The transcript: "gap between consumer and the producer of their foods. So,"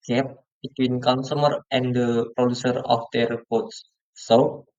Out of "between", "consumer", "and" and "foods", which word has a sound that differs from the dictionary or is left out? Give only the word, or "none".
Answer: foods